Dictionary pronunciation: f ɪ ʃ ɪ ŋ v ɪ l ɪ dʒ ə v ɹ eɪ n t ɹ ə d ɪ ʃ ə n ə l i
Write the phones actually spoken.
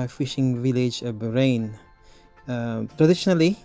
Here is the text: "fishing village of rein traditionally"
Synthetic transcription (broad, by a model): f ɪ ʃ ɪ ŋ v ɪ l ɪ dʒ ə b ɹ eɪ n t ɹ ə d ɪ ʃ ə n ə l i